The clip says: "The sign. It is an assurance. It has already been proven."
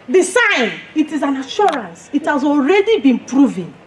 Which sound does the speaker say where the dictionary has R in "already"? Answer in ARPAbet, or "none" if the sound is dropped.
R